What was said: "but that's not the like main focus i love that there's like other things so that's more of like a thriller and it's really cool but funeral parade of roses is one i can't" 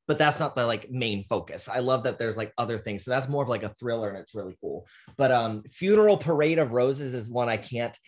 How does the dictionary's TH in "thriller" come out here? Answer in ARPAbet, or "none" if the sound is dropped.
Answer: TH